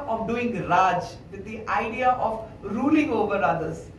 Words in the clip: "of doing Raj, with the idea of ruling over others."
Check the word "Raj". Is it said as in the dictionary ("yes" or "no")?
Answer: no